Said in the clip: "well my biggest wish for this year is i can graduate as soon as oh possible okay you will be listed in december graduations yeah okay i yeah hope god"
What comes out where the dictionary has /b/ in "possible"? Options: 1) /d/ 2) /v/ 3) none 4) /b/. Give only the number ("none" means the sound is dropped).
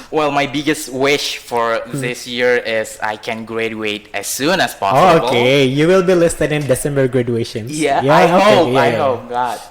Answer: 3